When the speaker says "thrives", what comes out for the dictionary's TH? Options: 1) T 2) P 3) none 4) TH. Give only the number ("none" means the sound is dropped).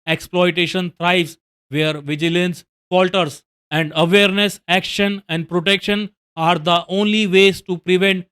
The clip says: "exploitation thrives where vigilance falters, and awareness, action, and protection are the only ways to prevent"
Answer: 1